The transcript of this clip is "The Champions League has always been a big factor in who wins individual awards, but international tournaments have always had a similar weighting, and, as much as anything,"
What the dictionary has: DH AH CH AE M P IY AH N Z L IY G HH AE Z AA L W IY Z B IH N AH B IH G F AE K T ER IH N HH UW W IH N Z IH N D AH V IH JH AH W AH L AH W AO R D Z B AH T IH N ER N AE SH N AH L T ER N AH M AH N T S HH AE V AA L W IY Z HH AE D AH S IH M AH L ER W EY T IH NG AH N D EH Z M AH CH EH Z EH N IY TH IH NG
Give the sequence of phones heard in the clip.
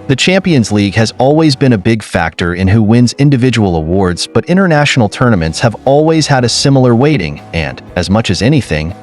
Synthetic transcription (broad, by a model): DH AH CH AE M P IY AH N Z L IY G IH Z AA L W IY Z B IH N AH B IH G F AE K T ER IH N HH UW W IH N Z IH N D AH V IH JH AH W L AH W AO R D Z B AH T IH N ER N AE SH N L T ER N AH M AH N T S HH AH V AA L W IY Z HH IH D AH S IH M L ER W EY T IH NG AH N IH Z M AH CH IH Z EH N IY TH IH NG